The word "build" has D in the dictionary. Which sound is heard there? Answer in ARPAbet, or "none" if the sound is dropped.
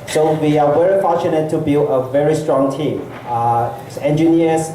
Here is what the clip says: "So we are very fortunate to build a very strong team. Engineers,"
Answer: none